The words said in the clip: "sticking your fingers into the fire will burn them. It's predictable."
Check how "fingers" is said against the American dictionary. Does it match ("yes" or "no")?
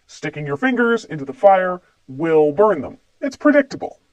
yes